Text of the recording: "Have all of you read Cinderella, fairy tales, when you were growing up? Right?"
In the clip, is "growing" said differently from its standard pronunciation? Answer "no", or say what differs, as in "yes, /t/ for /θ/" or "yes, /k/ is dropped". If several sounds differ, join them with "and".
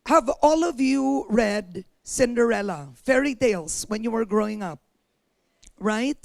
no